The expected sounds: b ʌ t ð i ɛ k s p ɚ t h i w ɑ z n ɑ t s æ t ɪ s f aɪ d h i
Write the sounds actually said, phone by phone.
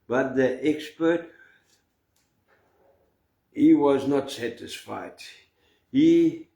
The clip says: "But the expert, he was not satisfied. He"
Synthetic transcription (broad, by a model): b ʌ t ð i ɛ k s p ɚ t h i w ɑ z n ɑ t s æ t ɪ s f aɪ d h i